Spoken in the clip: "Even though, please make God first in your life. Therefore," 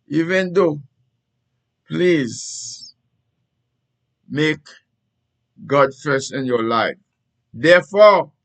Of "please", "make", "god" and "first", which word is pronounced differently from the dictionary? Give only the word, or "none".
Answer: first